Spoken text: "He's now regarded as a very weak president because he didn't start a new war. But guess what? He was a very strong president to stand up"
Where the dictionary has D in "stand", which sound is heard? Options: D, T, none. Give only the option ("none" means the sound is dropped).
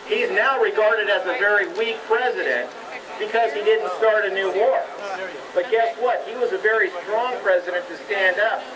D